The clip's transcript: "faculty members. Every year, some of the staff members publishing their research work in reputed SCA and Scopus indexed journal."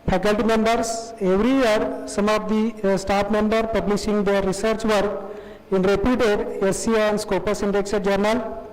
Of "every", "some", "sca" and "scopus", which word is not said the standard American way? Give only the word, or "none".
sca